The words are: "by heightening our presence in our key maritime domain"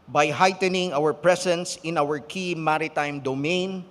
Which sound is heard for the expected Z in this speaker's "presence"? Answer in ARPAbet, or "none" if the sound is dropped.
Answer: S